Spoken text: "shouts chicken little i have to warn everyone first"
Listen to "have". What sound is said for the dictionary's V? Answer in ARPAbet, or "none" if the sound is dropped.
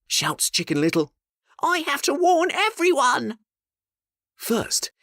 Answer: F